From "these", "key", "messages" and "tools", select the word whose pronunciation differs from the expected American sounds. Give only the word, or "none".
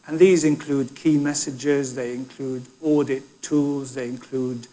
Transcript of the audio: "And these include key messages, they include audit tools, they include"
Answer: none